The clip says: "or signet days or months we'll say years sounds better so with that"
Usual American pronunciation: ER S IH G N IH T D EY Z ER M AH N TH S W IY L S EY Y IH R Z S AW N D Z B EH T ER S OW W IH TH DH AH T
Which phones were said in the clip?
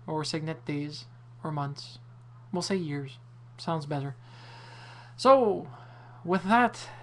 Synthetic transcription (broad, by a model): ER S IH G N IH T D EY Z ER M AH N TH S W IY L S EY Y IH R Z S AW N D Z B EH T ER S OW W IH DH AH T